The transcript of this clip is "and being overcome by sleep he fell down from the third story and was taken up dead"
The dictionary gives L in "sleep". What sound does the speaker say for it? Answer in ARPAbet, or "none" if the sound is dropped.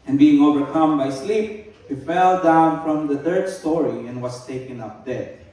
L